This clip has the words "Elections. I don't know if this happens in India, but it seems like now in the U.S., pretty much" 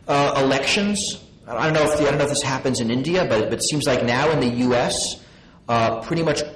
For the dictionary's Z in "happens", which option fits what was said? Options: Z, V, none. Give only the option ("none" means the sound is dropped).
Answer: Z